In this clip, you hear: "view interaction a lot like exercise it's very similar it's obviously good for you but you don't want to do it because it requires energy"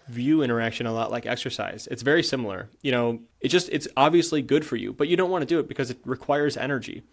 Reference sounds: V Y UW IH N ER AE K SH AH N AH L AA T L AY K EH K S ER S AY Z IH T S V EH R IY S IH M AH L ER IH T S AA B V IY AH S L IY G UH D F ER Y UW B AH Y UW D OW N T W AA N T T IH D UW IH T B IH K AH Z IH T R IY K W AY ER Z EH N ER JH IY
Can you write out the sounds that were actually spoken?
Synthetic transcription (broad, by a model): V Y UW IH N ER AE K SH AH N AH L AA T L AY K EH K S ER S AY Z IH T S V EH R IY S IH M L ER IH T S AA B V IY AH S L IY G UH D F ER Y UW B AH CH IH D OW N T W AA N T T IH D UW IH T B IH K AH Z IH T R IY K W AY ER Z EH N ER JH IY